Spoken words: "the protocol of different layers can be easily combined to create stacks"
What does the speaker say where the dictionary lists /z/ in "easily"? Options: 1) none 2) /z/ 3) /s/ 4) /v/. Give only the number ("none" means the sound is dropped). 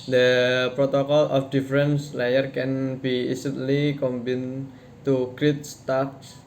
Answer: 3